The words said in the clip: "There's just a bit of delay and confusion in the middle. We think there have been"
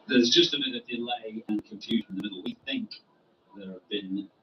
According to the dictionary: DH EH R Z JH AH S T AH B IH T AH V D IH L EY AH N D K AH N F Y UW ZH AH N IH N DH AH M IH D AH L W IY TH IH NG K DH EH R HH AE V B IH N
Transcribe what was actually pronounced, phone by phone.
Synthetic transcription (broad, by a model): DH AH R Z JH AH S T AH B IH T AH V D IH L EY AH N K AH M F Y UW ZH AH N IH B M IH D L W IY TH IH NG K DH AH R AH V B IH N